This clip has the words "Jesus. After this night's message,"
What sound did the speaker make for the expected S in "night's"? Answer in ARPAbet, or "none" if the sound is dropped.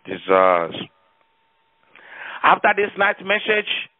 none